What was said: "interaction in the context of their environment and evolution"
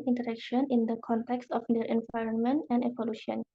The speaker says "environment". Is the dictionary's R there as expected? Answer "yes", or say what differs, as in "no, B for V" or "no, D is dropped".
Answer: yes